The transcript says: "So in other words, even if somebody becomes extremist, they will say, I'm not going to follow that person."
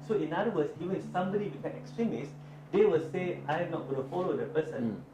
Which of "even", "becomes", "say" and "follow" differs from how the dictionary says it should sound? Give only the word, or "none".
becomes